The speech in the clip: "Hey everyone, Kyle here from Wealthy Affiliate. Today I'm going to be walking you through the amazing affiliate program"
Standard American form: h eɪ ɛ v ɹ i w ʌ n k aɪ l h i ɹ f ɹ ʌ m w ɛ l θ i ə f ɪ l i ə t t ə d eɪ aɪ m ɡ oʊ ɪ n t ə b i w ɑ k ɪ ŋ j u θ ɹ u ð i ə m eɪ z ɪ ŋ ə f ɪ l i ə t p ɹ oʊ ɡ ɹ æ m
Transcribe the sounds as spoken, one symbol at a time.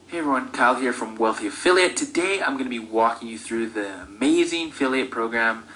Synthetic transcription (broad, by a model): h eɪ ɛ v ɹ i w ʌ n k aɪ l h i ɹ f ɹ ʌ m w ɛ l θ i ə f ɪ l i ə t t ə d eɪ aɪ m ɡ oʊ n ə b i w ɑ k ɪ ŋ j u θ ɹ u ð i ə m eɪ z ɪ ŋ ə f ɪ l i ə t p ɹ oʊ ɡ ɹ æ m